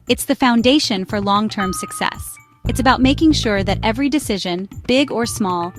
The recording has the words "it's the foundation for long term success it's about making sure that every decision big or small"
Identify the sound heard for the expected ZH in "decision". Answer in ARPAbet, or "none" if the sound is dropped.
ZH